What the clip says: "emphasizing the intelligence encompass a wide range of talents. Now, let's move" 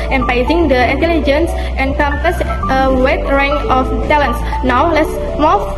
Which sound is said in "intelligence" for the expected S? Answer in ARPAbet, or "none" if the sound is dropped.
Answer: S